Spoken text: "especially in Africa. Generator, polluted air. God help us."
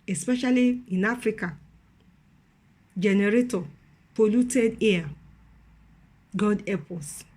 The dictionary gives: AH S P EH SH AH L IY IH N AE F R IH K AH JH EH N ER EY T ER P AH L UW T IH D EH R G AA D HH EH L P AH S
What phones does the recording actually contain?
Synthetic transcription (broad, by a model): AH S P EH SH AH L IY IH N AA F R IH K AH JH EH N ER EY T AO P AH L UW T IH D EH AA G AA D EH P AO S